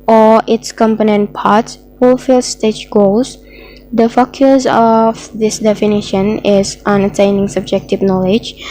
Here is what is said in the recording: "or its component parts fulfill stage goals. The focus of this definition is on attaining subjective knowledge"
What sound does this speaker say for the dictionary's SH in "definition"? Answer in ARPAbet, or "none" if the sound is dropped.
SH